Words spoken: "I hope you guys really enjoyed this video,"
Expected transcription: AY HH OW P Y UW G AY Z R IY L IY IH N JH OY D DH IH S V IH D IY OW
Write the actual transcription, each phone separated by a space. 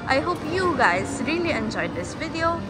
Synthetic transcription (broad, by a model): AY HH OW P Y UW G AY Z R IY L IY IH N JH OY D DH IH S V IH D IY OW